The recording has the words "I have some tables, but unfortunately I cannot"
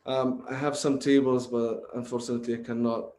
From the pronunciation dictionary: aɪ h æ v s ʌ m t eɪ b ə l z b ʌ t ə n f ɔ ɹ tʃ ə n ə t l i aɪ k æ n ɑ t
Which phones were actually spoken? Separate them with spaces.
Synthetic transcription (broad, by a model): aɪ h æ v s ʌ m t eɪ b ə l z b ʌ t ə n f ɔ ɹ tʃ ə n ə t l i aɪ k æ n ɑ t